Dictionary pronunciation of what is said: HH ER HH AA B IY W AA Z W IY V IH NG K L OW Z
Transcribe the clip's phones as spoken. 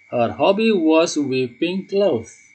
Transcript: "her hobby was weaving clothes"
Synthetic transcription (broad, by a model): HH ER HH AA B IY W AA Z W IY P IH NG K L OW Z